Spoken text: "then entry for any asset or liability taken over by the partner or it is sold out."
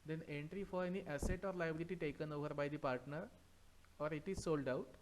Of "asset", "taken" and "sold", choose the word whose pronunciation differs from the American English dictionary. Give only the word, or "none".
none